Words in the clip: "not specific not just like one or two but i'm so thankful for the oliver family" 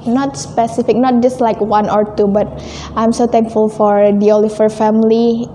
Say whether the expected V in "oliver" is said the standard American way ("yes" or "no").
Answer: no